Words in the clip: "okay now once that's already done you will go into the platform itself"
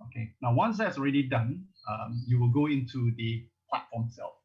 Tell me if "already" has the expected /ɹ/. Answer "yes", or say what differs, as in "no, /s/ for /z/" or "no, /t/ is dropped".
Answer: yes